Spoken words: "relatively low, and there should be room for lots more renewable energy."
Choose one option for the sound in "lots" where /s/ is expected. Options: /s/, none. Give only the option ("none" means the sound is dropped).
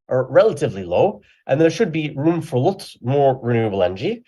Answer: none